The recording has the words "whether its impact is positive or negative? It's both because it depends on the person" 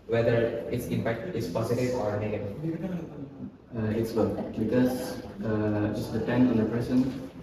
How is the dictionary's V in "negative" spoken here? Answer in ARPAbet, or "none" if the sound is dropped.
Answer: none